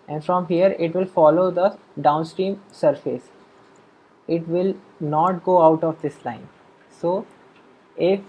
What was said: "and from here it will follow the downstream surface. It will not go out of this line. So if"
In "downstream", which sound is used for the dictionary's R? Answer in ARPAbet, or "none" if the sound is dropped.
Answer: R